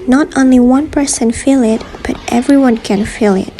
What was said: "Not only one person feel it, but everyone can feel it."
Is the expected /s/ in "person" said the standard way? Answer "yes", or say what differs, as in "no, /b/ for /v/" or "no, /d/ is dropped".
yes